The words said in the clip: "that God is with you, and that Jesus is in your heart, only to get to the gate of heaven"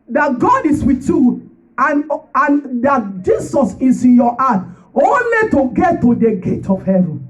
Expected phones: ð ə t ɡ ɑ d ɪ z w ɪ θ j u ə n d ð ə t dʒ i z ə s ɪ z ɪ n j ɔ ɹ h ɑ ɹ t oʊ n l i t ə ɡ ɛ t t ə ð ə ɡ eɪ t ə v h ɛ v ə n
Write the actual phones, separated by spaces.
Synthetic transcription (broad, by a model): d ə t ɡ ɑ d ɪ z w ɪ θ j u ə n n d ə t dʒ i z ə s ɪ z ɪ n j ɔ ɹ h ɑ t oʊ n l i t ə ɡ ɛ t t ə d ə ɡ eɪ t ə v h ɛ v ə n